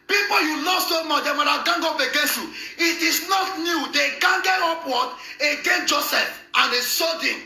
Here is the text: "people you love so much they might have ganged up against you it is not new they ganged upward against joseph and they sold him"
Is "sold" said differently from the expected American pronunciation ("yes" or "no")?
yes